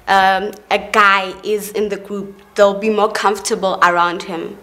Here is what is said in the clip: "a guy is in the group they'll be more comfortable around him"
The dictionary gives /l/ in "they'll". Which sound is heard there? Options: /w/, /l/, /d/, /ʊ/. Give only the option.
/l/